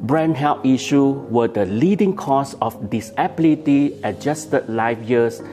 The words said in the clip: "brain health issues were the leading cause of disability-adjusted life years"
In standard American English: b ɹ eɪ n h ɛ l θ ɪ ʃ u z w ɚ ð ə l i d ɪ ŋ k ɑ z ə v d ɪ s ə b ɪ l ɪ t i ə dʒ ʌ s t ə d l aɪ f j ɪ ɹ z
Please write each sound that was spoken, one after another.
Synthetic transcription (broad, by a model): b ɹ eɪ n h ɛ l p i ʃ u w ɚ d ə l i d ɪ ŋ k ɑ s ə f d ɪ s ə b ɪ l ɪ t i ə dʒ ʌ s t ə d l aɪ f j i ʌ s